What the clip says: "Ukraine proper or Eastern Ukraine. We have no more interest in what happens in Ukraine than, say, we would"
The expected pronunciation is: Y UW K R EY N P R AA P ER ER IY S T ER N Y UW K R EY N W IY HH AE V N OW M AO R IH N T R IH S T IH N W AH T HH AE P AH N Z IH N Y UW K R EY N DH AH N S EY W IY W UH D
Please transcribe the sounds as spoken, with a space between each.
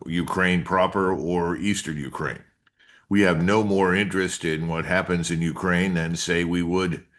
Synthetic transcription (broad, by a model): Y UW K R EY N P R AA P ER ER IY S T ER N Y UW K R EY N W IY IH V N OW M AO R IH N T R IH S T IH N W AH T HH AE P AH N Z IH N Y UW K R EY N DH AH N S EY W IY W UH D